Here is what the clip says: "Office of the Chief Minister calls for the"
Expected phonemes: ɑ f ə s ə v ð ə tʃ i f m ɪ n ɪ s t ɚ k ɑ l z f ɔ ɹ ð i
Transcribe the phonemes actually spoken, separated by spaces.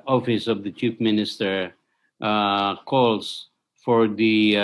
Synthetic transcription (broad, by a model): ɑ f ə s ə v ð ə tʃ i p m ɪ n ɪ s t ɚ k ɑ l s f ɔ ɹ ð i